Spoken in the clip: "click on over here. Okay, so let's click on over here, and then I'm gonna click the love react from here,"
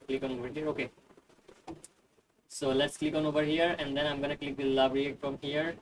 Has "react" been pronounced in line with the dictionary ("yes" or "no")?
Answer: no